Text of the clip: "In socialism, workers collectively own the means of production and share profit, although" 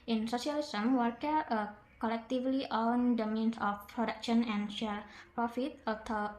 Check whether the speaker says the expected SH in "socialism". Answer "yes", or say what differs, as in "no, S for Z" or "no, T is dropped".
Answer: no, S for SH